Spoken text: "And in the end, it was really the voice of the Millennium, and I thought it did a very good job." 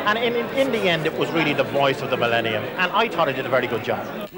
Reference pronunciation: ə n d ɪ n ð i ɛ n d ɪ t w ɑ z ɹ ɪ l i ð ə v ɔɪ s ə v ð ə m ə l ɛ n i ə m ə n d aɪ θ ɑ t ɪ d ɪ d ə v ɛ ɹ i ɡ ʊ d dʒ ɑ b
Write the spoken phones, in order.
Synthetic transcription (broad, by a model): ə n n ɪ n ð i ɛ n d ɪ t w ɑ z ɹ ɪ l i ð ə v ɔɪ s ə v ð ə m ə l ɛ n i ə m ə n aɪ t ɑ t ɪ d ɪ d ə v ɛ ɹ i ɡ ʊ d dʒ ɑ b